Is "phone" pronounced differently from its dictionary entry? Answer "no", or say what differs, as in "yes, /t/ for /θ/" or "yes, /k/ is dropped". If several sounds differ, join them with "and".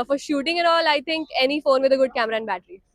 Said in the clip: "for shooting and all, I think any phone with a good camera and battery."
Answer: no